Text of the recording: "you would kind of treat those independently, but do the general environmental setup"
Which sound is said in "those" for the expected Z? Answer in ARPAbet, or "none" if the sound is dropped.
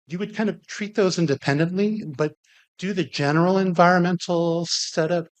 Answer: Z